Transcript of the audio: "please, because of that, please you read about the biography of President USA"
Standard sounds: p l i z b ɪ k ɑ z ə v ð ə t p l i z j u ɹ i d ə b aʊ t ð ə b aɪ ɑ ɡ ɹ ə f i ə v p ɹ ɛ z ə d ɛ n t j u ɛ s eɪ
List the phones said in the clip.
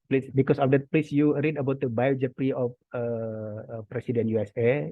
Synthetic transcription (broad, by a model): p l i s b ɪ k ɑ s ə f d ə t p l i s j u ɹ i d ə b aʊ t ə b aɪ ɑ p ɹ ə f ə p ɹ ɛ s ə d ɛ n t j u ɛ s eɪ